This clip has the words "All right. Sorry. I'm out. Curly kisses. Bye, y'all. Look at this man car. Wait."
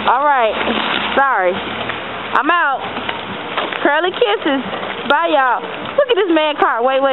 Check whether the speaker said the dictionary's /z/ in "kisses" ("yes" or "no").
yes